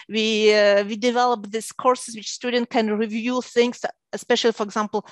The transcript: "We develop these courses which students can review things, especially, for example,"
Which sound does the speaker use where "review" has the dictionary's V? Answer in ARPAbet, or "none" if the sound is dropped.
V